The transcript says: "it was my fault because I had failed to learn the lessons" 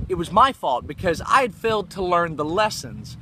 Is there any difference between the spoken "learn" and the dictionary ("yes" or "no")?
no